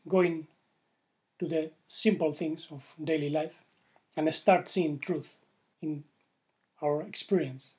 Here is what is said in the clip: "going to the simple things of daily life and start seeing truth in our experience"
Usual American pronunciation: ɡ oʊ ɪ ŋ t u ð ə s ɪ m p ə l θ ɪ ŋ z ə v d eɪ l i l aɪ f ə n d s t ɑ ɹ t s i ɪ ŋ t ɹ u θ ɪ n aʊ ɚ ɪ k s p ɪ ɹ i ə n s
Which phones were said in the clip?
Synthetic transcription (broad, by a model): ɡ oʊ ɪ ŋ t u ð ə s ɪ m p ə l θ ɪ ŋ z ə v d eɪ l i l aɪ f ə n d s t ɑ ɹ t s i ɪ ŋ t ɹ u θ ɪ n aʊ ɚ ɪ k s p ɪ ɹ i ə n s